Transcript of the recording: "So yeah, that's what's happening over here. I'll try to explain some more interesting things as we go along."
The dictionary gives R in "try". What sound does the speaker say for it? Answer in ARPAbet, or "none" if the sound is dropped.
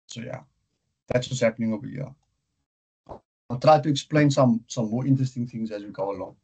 R